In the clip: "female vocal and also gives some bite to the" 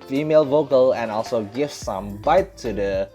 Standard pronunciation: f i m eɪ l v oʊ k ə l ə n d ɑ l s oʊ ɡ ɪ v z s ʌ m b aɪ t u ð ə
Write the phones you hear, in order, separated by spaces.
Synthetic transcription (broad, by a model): f i m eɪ l v oʊ k ə l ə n ɑ l s oʊ ɡ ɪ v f s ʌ m b aɪ t u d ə